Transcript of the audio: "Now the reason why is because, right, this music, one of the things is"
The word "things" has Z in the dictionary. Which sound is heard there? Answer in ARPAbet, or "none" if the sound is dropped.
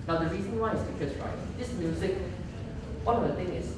none